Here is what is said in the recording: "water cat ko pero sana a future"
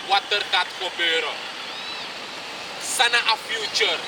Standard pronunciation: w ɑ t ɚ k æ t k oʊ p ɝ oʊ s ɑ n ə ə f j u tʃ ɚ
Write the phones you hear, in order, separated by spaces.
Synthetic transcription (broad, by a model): w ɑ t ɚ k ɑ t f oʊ b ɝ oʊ s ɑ n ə ə f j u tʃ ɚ